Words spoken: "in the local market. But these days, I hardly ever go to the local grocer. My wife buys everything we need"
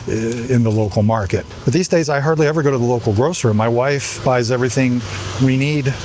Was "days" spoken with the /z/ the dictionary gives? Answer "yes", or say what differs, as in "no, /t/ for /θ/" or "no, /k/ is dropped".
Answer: yes